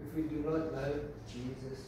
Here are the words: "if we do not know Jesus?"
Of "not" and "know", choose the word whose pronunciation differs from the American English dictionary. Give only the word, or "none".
know